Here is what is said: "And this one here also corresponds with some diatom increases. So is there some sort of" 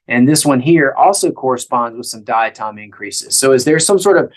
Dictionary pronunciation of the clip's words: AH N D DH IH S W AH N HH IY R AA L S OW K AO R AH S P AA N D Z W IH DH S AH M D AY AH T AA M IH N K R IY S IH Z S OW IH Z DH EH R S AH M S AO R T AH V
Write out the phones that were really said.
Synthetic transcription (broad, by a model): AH N DH IH S W AH N HH IY R AA L S OW K AO R AH S P AA N D Z W IH DH S AH M D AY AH T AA M IH N K R IY S IH Z S OW IH Z DH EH R S AH M S AO R T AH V